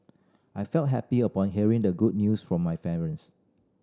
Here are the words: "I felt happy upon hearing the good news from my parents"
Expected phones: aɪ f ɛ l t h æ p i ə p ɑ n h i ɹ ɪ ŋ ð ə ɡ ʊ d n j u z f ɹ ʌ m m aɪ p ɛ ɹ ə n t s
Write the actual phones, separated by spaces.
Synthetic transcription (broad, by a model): aɪ f ɛ l t h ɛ p i ə p ɑ n h i ɹ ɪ ŋ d ə ɡ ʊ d n j u s f ɹ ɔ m m aɪ f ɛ ɹ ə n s